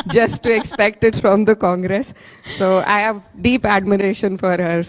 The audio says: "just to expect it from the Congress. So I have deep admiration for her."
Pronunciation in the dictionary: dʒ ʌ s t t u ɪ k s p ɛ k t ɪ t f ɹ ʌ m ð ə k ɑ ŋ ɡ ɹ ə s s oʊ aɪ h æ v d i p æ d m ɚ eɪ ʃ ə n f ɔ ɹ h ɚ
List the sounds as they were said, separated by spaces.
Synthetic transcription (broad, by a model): dʒ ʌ s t t u ɪ k s p ɛ k t ɪ t f ɹ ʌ m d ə k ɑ ŋ ɡ ɹ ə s s oʊ aɪ h æ v d i p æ d m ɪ eɪ ʃ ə n f ɔ ɹ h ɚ